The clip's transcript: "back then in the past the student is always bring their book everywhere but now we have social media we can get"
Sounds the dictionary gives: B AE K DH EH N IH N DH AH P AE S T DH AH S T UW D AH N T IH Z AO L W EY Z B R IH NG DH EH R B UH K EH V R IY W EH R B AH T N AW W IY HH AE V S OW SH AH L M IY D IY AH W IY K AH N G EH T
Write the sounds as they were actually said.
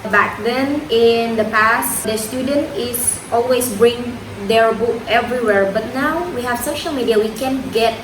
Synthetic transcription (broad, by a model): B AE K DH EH N IH N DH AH P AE S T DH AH S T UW D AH N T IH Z AO L W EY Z B R IH NG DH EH R B UH K EH V R IY W EH R B AH T N AW W IY HH AE V S OW SH AH L M IY D IY AH W IY K AH N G EH T